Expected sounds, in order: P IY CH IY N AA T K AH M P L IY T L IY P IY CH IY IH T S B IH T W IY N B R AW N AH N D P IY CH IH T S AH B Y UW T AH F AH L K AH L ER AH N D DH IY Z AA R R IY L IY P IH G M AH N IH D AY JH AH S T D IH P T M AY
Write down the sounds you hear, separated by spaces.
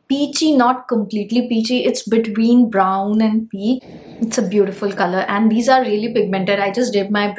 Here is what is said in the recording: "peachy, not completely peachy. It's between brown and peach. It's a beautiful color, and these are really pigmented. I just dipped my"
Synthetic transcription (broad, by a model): P IY CH IY N AA T K AH M P L IY T L IY P IY CH IY IH T S B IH T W IY N B R AW N AH N D P IY IH T S AH B Y UW T AH F AH L K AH L ER AH N D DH IY Z AA R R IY L IY P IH G M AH N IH D AY JH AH S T D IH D M AY